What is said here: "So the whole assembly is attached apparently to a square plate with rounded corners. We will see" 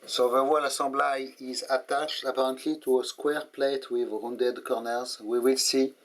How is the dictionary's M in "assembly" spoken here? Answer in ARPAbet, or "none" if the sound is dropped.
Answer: none